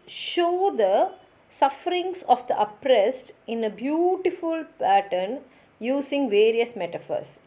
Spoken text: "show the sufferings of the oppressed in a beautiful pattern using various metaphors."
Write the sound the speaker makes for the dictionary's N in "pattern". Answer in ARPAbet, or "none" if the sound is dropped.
N